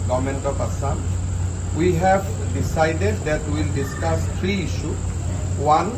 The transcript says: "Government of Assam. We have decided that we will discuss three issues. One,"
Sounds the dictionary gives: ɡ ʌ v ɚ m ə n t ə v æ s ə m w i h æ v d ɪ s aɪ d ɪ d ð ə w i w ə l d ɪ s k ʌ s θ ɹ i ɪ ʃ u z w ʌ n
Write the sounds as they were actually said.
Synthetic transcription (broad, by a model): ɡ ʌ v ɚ m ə n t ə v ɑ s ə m w i h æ v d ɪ s aɪ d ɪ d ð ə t w ə l d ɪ s k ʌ s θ ɹ i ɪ ʃ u w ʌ n